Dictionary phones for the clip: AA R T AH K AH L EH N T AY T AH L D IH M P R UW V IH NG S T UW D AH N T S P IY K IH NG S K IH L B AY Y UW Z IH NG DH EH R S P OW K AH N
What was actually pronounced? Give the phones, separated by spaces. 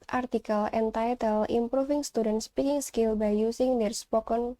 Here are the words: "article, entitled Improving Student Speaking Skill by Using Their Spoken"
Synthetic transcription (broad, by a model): AA R T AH K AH L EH N T AY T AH L IH M P R UW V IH NG S T UW D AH N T S P IY K IH NG S K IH L B AY Y UW S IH NG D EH R S P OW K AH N